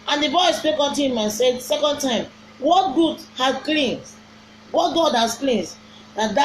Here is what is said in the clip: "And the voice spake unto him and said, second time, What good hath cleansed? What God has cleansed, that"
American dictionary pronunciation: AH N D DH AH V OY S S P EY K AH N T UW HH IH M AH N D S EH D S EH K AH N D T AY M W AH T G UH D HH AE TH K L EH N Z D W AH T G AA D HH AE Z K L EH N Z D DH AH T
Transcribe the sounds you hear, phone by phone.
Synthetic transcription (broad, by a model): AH N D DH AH B OY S S P EY K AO N T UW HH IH M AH N S EH D S EH K AH N D T AY M W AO T G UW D HH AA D K L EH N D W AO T G AA D HH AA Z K L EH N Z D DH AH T